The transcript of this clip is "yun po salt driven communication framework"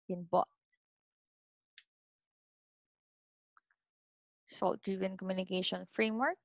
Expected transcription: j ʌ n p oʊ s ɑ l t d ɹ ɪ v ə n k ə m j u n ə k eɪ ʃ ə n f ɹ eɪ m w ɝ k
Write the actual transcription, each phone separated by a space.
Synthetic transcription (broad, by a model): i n b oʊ s ɑ l t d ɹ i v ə n k ə m j u n ə k eɪ ʃ ə n f ɹ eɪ m w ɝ k